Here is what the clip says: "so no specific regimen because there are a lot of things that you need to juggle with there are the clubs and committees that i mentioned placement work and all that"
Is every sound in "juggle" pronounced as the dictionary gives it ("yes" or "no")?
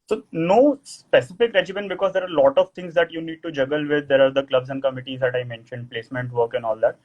yes